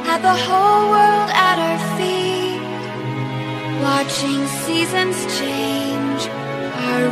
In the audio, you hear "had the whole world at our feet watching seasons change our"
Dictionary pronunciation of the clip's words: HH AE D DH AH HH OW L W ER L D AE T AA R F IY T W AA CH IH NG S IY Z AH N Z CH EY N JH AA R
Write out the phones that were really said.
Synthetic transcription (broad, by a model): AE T DH AH HH OW L W ER L D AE T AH R F IY T W AA CH IH NG S IY Z AH N Z CH EY N JH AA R